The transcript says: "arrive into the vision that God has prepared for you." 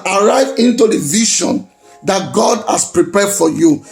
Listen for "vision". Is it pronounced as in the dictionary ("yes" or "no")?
no